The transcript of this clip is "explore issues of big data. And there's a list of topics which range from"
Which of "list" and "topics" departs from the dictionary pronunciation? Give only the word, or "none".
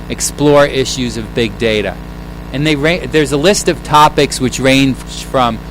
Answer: none